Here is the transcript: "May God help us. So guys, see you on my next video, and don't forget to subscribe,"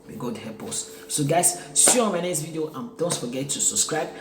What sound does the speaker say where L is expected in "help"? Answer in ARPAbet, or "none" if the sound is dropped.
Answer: none